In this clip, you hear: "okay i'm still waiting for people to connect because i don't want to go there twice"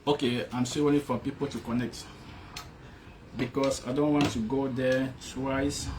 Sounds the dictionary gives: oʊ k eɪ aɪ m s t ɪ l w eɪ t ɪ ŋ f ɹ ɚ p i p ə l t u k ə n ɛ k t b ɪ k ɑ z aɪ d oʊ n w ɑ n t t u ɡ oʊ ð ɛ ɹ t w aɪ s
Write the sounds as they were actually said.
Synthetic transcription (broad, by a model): oʊ k eɪ aɪ m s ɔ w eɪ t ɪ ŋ f ɹ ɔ p i p ə l t u k ə n ɛ k t b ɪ k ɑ s aɪ d oʊ n w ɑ n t t u ɡ oʊ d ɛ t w aɪ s